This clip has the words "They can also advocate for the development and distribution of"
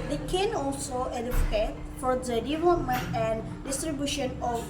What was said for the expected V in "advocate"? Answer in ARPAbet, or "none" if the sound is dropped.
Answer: F